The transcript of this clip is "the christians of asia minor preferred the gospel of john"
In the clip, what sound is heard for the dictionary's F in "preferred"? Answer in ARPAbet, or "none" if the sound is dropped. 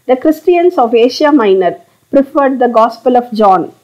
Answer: F